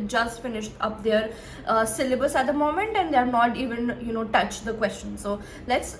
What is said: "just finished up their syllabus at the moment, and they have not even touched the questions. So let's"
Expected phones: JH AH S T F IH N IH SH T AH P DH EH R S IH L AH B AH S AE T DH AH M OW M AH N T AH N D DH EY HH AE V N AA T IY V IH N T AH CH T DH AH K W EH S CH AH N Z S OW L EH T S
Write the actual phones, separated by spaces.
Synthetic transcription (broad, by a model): JH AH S T F IH N IH SH T AH P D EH R S IH L AH B AH S AE T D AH M OW M AH N T AH N D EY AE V N AA T IY V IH N T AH CH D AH K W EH S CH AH N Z S OW L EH T S